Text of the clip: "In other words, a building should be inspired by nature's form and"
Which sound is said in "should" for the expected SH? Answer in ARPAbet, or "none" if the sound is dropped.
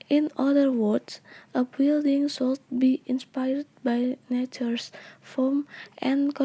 S